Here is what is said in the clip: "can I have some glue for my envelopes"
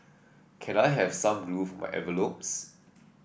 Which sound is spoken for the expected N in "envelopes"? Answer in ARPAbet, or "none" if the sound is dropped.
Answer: none